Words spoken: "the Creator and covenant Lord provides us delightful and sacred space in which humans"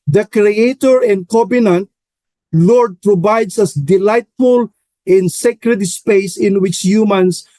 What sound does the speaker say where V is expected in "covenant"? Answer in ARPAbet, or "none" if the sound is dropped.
B